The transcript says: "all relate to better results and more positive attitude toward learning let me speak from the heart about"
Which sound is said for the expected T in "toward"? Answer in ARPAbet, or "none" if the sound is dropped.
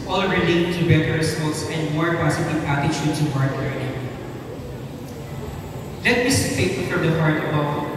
S